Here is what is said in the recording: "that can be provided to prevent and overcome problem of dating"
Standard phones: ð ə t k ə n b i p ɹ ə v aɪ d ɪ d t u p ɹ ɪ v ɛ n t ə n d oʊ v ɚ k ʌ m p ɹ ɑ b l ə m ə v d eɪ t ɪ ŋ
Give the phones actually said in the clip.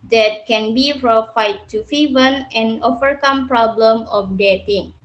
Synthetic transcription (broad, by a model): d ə t k ə n b i f ɹ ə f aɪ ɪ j t u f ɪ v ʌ n ə n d oʊ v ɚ k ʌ m p ɹ ɑ b l ə m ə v d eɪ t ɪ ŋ